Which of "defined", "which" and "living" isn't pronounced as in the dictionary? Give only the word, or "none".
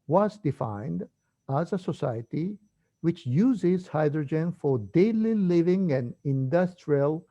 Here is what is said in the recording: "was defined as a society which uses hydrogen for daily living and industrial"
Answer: none